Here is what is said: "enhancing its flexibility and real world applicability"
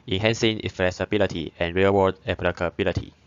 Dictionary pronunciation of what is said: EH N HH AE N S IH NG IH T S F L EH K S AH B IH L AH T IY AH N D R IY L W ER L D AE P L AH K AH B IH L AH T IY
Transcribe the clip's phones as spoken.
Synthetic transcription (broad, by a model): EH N HH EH N S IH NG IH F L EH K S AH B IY L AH T IY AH N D R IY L W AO D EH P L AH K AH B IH L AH T IY